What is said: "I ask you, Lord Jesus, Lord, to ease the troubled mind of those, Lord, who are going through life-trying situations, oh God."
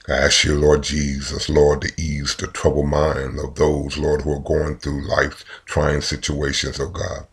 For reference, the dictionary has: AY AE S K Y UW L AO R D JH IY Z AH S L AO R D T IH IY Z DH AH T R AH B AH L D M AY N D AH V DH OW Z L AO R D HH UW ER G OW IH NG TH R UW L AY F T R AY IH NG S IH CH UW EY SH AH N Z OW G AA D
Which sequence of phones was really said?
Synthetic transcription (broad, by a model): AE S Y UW L AO R D JH IY Z AH S L AO R D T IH IY Z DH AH T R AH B L M AY N D AH V DH OW Z L AO R D HH UW ER G OW IH NG TH R UW L AY F T R AY IH NG S IH CH UW EY SH AH N Z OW G AA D